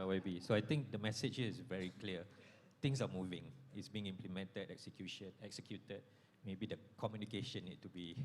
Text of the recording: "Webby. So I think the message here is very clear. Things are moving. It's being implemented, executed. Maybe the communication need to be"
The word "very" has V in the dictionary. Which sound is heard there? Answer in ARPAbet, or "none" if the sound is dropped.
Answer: V